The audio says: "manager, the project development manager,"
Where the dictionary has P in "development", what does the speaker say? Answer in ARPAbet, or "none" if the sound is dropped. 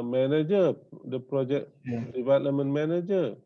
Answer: none